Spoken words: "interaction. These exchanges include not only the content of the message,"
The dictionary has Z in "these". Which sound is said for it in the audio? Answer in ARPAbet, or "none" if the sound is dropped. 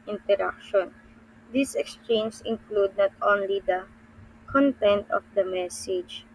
S